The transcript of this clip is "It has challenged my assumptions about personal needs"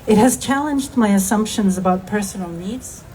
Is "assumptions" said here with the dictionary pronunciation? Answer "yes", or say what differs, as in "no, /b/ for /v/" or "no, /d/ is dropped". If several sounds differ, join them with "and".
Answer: yes